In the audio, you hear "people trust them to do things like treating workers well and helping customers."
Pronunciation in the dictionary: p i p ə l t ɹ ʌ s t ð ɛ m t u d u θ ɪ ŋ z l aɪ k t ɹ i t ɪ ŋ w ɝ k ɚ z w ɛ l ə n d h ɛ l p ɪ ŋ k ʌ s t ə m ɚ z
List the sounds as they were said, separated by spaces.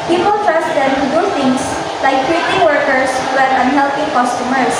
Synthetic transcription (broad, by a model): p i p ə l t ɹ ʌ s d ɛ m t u d u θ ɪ ŋ s l aɪ k t ɹ i t ɪ ŋ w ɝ k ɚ s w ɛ n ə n h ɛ l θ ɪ k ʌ s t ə m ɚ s